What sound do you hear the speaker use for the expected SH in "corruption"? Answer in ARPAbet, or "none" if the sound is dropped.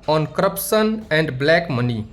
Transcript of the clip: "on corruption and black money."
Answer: S